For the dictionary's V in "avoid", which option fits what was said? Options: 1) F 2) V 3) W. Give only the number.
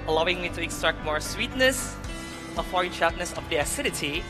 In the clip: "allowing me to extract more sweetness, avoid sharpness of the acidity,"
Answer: 1